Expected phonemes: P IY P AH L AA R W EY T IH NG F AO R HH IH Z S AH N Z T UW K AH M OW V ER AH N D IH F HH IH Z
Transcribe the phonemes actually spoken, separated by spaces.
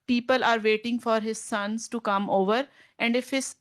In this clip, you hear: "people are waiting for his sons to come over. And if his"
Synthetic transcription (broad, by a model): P IY P AH L AA R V EY T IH NG F AO R HH IH Z S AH N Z T UW K AH M OW V ER AH N D IH F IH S